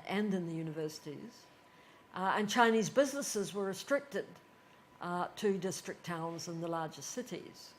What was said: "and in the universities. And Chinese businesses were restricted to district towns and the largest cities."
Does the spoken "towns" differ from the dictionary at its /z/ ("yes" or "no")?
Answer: no